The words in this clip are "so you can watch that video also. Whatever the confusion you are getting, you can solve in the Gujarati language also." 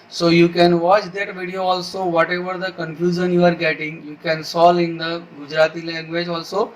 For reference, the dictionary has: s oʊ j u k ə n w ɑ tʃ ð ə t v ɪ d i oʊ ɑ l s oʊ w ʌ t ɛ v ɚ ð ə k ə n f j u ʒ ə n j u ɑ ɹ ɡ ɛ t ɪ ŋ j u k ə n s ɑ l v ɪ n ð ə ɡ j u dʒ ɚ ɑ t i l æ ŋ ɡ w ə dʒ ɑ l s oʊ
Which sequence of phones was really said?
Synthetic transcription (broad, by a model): s oʊ j u k ə n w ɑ tʃ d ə t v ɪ d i oʊ ɑ l s oʊ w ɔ t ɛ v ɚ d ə k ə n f j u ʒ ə n j u ɑ ɹ ɡ ɛ t ɪ ŋ j u k ə n s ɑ l ɪ n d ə ɡ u dʒ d ɑ t i l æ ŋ ɡ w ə dʒ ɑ l s oʊ